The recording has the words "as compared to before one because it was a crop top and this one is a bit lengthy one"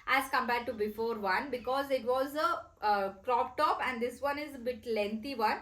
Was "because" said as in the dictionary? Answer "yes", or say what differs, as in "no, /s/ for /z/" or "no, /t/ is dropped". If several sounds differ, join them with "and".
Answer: yes